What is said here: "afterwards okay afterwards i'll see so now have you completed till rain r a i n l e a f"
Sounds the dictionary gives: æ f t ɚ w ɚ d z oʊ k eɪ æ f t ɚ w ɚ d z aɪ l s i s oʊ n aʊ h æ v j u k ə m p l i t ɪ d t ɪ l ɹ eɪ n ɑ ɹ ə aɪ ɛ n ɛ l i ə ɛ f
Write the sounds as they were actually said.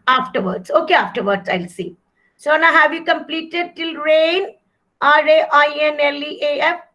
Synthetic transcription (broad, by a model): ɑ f t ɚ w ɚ d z oʊ k eɪ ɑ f t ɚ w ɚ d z aɪ l s i s oʊ n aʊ h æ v j u k ə m p l i t ɪ d t ɪ l ɹ eɪ n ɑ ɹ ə aɪ ɛ n ɛ l i ə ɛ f